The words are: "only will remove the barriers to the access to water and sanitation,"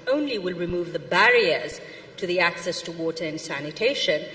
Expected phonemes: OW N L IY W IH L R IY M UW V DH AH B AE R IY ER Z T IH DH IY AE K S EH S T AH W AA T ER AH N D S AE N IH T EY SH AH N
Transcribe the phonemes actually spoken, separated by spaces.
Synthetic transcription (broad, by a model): OW N L IY W IH L R IY M UW V DH AH B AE R IY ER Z T IH DH IY AE K S EH S T AH W AA T ER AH N S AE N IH T EY SH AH N